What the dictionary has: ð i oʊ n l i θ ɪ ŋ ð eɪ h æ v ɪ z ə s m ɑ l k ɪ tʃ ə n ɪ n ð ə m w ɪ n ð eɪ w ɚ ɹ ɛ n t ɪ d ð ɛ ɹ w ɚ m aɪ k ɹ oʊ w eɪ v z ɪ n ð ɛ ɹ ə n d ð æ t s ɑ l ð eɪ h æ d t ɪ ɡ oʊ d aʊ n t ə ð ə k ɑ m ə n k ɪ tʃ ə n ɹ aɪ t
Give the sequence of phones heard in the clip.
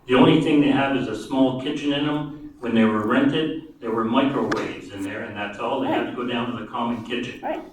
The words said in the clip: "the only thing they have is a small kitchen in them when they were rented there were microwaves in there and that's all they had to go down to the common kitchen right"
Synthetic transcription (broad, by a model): ð i oʊ n l i θ ɪ ŋ ð eɪ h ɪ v ɪ z ə s m ɑ l k ɪ tʃ ə n ɪ n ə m w ɪ n ð eɪ w ɚ ɹ ɛ n t ɪ d ð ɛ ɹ w ɚ m aɪ k ɹ oʊ w eɪ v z ɪ n ð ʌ ɹ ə n ð æ t s ɑ l ð eɪ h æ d t ɪ ɡ oʊ d aʊ n t ə ð ə k ɑ m ə n k ɪ tʃ ə n